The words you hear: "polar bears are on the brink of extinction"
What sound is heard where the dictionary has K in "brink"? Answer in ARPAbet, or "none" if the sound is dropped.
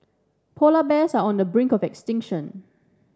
K